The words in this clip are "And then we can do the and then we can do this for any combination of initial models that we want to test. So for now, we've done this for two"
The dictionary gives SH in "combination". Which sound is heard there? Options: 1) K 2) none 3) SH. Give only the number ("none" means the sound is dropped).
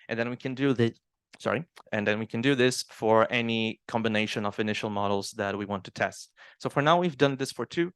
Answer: 3